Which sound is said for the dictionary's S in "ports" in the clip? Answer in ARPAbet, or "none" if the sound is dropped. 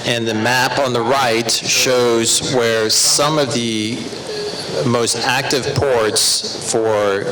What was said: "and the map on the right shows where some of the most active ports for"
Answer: S